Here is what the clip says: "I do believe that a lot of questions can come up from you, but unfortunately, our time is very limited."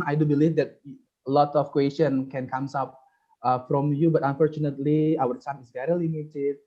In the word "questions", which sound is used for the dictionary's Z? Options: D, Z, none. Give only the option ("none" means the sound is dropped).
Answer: none